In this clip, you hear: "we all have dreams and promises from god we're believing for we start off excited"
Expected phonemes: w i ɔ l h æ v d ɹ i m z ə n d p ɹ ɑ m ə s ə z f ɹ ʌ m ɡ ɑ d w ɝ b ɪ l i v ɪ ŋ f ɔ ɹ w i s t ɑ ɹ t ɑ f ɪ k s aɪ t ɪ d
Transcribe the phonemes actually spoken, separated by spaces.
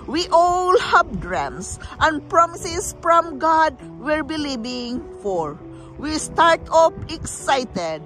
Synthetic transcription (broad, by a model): w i ɔ l h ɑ b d ɹ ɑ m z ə n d p ɹ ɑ m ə s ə s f ɹ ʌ m ɡ ɑ d w ɝ b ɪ l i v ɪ ŋ f ɔ ɹ w i s t ɑ ɹ t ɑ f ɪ k s aɪ t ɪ d